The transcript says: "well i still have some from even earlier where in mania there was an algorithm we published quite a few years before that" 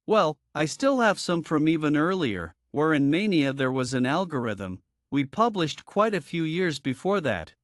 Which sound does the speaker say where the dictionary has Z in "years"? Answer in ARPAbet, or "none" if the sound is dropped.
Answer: Z